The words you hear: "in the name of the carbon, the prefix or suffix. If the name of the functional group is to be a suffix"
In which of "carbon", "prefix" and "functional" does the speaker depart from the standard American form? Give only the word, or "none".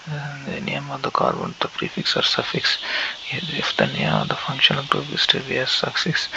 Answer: none